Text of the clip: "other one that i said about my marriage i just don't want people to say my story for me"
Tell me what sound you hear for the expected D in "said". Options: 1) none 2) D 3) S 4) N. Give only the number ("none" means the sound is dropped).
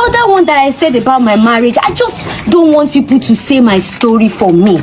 2